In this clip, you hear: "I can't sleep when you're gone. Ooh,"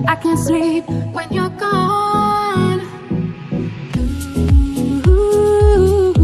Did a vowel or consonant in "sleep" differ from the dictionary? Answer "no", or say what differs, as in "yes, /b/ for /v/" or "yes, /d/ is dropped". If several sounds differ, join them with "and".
yes, /l/ is dropped